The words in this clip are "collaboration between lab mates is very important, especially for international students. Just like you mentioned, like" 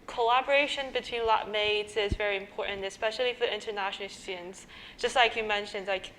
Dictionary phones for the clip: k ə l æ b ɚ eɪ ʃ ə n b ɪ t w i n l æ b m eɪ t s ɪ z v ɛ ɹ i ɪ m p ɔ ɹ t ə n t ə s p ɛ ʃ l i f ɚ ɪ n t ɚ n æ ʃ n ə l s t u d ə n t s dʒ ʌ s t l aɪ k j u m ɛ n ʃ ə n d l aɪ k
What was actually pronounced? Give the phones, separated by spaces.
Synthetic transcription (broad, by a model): k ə l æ b ɚ eɪ ʃ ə n b ɪ t w i n l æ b m eɪ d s ɪ z v ɛ ɹ i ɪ m p ɔ ɹ t n t ə s p ɛ ʃ l i f ɚ ɪ n t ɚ n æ ʃ n l s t u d n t s dʒ ʌ s t l aɪ k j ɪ m ɛ n ʃ ə n d l aɪ k